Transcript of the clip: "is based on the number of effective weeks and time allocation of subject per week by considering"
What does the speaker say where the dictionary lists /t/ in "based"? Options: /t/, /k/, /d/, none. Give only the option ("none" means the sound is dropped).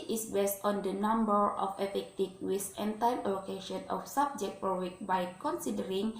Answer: /t/